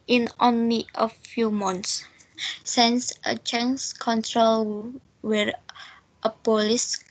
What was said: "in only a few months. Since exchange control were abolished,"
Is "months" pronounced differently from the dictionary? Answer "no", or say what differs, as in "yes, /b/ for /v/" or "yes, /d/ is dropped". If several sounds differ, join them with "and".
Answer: yes, /t/ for /θ/